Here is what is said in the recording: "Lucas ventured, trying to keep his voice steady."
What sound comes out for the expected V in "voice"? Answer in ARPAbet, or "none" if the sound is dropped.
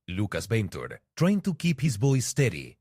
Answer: B